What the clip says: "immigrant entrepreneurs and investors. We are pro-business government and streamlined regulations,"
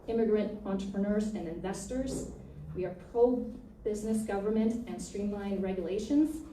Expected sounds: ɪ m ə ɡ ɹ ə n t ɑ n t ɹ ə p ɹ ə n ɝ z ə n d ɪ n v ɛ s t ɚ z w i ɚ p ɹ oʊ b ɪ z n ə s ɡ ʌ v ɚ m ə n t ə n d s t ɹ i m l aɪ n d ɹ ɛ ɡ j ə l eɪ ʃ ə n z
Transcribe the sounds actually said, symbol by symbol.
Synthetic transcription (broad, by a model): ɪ m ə ɡ ɹ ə n t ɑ n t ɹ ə p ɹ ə n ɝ z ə n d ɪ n v ɛ s t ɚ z w i ɚ p ɹ oʊ b ɪ z n ə s ɡ ʌ v ɚ m ə n t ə n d s t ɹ i m l aɪ n ɹ ɛ ɡ j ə l eɪ ʃ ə n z